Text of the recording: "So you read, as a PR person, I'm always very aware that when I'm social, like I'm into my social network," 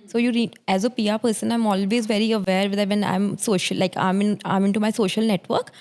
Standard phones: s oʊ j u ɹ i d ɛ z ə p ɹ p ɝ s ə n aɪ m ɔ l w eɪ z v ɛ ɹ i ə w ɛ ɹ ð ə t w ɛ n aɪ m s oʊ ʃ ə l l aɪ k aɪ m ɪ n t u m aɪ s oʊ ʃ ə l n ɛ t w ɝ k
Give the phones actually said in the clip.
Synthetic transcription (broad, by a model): s oʊ j u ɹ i ɛ z ə p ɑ p ɝ s ə n aɪ m ɔ l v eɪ z v ɛ ɹ i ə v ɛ ɹ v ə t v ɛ n aɪ m s oʊ ʃ ə l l aɪ k aɪ m ɪ n t u m aɪ s oʊ ʃ ə l n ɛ t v ɝ k